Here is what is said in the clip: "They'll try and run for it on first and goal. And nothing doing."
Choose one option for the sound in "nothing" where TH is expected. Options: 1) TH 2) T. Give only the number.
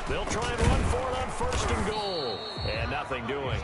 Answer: 1